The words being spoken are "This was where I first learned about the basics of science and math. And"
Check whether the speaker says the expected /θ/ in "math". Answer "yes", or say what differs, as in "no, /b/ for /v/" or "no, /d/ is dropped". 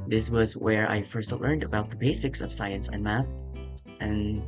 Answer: yes